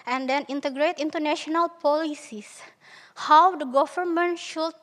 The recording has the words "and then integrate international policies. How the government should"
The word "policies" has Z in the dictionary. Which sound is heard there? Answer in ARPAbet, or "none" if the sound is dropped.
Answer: S